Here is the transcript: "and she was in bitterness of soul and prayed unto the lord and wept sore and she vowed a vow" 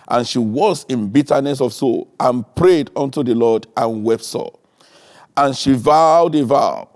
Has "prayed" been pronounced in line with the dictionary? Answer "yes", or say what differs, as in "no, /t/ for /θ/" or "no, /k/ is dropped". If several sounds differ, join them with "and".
yes